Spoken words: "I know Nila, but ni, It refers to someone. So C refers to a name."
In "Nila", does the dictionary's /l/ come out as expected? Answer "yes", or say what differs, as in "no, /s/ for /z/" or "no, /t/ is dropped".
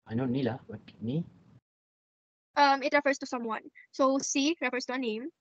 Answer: yes